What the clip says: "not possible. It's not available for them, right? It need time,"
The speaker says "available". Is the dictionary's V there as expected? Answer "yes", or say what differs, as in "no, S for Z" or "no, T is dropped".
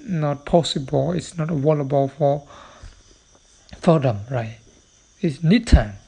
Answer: no, W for V